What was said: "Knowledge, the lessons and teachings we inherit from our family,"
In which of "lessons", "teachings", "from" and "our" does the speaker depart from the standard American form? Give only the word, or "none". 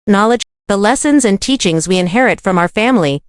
none